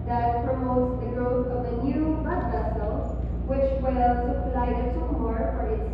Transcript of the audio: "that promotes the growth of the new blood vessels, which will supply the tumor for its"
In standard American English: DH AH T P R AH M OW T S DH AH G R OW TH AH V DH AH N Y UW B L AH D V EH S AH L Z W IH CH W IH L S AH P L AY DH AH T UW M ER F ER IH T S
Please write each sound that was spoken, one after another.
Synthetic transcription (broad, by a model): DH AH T P R AH M OW T S DH AH G R OW TH AH V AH N Y UW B AH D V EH S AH L W IH CH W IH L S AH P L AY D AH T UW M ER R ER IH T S